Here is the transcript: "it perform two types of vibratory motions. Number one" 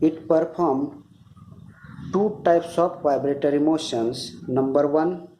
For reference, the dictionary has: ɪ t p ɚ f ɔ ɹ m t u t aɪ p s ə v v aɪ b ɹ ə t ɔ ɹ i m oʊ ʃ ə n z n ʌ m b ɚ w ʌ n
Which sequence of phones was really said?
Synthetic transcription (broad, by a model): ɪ t p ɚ p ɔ ɹ m t u t aɪ p s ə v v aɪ b ɹ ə t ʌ ɹ i m oʊ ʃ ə n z n ʌ m b ɚ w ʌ n